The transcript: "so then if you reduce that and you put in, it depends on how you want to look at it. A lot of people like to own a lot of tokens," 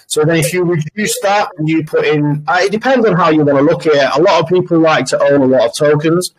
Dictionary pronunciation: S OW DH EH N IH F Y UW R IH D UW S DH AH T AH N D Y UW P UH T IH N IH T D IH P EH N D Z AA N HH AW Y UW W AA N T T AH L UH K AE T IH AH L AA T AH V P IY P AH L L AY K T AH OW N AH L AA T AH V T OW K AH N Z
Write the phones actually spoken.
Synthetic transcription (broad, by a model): S OW DH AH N IH F Y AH R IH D UW S DH AH T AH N Y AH P UH T IH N IH T D IH P EH N D Z N HH AW Y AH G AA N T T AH L UH K IH AH L AA T AH V P IY P AH L L AY K T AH OW N AH L AA T AH V T OW K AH N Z